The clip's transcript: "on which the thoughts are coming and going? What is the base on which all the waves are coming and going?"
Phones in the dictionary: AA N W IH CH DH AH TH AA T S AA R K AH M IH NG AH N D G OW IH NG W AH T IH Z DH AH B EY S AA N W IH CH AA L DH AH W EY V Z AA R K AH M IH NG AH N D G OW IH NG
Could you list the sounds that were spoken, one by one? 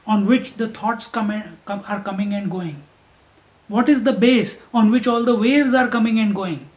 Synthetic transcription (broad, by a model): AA N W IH CH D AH T AA T S AA R K AH M IH NG AH N D G OW IH NG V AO T IH Z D AH B EY S AA N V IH CH AA L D AH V EY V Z AA R K AH M IH NG AH N D G OW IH NG